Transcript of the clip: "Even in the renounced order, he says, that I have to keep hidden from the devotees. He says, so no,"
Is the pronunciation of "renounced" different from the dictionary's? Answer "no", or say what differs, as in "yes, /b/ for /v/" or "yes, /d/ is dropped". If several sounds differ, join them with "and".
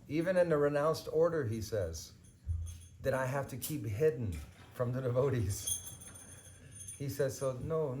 no